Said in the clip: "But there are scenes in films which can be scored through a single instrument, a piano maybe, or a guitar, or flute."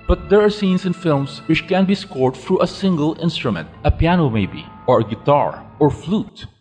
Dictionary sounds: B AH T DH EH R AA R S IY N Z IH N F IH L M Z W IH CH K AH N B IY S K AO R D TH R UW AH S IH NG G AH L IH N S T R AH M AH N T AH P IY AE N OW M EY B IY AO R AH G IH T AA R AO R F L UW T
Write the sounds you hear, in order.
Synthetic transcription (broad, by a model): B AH T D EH R AA R S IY N S IH N F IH L M S W IH CH K AH N B IY S K AO R D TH R UW AH S IH NG G AH L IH N S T R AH M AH N T AH P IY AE N OW M EY B IY AO R AH G IH T AA R AO R F L UW T